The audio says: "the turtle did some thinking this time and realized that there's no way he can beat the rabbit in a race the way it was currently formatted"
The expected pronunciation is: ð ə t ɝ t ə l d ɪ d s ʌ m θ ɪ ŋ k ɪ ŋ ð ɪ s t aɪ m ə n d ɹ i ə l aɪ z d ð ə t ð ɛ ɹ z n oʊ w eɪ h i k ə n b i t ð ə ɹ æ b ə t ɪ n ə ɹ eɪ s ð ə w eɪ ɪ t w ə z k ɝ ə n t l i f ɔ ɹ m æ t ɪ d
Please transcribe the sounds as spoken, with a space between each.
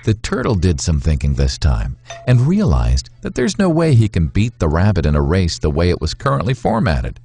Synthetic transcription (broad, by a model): ð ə t ɝ t l d ɪ d s ʌ m θ ɪ ŋ k ɪ ŋ ð ɪ s t aɪ m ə n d ɹ i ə l aɪ z ð ə t ð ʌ ɹ z n oʊ w eɪ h i k ə n b i t ð ə ɹ æ b ə t ɪ n ə ɹ eɪ s ð ə w eɪ ɪ t w ə z k ɝ ə n t l i f ɔ ɹ m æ t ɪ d